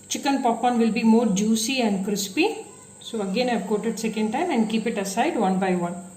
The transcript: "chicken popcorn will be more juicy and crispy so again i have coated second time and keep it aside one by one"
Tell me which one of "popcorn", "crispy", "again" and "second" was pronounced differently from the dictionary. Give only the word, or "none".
popcorn